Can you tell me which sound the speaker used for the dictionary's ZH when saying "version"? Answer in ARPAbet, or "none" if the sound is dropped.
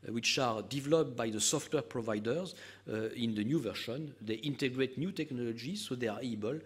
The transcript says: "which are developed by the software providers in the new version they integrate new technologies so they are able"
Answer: SH